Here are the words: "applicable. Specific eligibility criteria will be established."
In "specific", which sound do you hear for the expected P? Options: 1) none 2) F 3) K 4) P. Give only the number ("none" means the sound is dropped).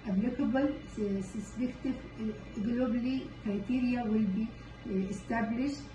1